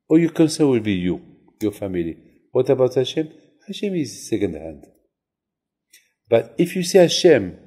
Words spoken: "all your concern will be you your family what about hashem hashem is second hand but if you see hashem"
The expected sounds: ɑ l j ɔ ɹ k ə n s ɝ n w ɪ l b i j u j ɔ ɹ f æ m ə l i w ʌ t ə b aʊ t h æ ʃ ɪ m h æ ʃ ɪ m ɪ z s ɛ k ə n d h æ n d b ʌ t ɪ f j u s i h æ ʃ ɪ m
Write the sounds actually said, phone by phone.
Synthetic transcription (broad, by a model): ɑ j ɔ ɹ k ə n s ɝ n w ɪ l b i j u j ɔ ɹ f æ m ə l i w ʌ t ə b aʊ t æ ʃ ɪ m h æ ʃ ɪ m ɪ z s ɛ k ə n d h æ n d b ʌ t ɪ f j u s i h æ ʃ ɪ m